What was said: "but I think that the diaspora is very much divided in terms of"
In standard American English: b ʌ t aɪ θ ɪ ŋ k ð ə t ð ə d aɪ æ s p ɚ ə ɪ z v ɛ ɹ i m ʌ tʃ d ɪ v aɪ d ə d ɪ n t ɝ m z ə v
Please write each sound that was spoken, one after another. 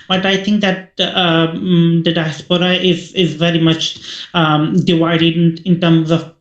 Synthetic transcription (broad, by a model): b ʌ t aɪ θ ɪ ŋ k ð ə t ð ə d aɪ s p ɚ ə ɪ z v ɛ ɹ i m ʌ tʃ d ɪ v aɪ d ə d ɪ n t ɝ m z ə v